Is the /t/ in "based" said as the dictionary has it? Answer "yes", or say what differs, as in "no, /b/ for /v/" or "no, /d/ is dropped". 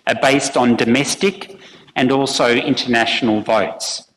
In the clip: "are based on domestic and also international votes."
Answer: yes